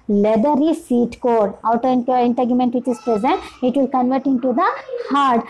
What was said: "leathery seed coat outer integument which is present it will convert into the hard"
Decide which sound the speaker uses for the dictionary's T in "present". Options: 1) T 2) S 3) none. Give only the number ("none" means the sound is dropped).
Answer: 1